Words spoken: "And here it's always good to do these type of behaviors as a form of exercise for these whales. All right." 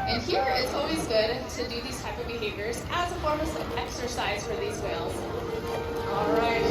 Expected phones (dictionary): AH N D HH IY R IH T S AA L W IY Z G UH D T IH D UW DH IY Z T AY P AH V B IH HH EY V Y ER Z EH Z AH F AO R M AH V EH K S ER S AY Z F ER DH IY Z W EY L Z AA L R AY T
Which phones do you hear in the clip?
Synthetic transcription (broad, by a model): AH N HH IY R IH T S AA L W IY Z G UH D T IH D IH DH IY Z T AY P AH V B IH HH EY V Y ER Z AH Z AH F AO R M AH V EH K S ER S AY Z F ER DH IY Z W EY L Z AA L R AY T